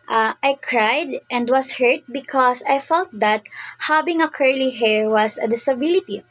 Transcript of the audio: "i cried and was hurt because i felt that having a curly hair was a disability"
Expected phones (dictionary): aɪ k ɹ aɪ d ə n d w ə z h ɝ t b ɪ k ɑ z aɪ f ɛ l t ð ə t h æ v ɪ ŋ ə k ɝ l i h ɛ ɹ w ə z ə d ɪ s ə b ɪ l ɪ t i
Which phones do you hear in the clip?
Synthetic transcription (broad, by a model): aɪ k ɹ aɪ d ə n d w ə s h ɝ t b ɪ k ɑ s aɪ f ɛ l t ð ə t h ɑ b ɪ ŋ ə k ɝ l i h ɛ ɹ w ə s ə d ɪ s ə b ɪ l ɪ t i